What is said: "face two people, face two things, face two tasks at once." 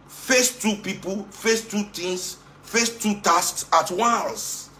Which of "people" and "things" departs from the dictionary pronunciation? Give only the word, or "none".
things